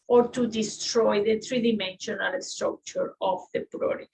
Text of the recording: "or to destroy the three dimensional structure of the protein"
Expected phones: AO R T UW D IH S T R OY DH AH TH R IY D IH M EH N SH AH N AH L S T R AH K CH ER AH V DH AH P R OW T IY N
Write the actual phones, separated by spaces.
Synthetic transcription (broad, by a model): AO R T UW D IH S T R OY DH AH T R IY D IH M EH N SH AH N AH L S T R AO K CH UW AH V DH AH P R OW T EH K